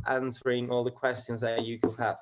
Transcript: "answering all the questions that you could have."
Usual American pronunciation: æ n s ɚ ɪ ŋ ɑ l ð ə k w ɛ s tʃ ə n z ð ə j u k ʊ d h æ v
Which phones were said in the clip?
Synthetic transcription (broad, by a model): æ n s ɚ ɪ ŋ ɑ l ð ə k w ɛ s tʃ ə n z ð ə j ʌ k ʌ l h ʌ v